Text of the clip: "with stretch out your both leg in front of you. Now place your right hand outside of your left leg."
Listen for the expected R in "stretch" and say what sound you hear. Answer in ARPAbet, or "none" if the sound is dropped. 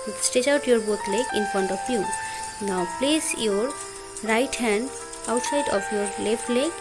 none